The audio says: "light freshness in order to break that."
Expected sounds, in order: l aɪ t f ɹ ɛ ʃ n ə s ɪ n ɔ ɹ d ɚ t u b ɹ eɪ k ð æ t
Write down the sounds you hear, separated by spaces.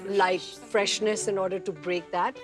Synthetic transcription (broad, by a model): l aɪ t f ɹ ɛ ʃ n ə s ɪ n ɔ ɹ d ɚ t u b ɹ eɪ k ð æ t